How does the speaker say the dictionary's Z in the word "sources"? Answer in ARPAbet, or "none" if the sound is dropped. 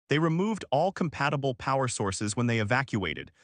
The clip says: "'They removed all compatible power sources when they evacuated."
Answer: Z